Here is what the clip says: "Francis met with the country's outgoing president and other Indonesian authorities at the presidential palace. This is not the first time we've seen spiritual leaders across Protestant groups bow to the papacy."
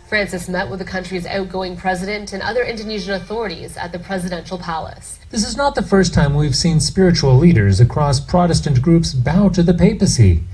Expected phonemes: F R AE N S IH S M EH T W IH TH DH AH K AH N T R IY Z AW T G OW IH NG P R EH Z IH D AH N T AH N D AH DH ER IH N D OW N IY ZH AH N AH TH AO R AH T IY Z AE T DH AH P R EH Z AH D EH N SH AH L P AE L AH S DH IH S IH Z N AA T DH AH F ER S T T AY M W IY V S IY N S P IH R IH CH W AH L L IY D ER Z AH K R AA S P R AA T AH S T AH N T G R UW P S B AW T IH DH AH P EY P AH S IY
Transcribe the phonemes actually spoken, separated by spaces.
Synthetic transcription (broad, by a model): F R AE N S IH S M EH T W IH DH AH K AH N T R IY Z AW T G OW IH NG P R EH Z IH D AH N T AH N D AH DH ER IH N D OW N IY ZH AH N AH TH AO R AH T IY Z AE T DH AH P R EH Z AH D EH N SH L P AE L AH S DH IH S IH Z N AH T DH AH F ER S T T AY M W IY V S IY N S P IH R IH CH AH L L IY D ER Z AH K R AA S P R AA T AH S T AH N G R UW P S B AW T IH DH AH P EY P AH S IY